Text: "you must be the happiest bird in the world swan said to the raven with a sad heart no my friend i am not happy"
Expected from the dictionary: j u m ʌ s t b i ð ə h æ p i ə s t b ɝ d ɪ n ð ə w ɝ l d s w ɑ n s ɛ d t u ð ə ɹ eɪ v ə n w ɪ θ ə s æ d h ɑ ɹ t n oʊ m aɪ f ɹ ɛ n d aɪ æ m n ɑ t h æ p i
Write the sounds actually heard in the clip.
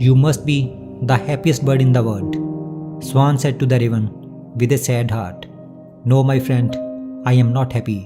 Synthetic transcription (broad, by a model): j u m ʌ s t b i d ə h æ p i ə s t b ɝ d ɪ n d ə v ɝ d s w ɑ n s ɛ d t u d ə ɹ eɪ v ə n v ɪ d ə s æ d h ɑ ɹ t n oʊ m aɪ f ɹ ɛ n d aɪ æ m n ɑ t h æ p i